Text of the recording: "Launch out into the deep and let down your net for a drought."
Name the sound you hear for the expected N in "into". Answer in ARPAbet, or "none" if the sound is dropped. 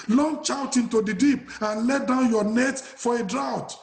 N